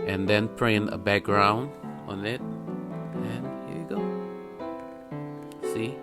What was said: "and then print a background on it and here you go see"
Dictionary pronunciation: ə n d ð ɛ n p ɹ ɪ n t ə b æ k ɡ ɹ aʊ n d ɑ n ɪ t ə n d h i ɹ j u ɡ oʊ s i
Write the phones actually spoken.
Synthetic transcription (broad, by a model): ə n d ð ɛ n p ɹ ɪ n ə b æ k ɡ ɹ aʊ n d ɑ n ɪ t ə n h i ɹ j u ɡ oʊ s i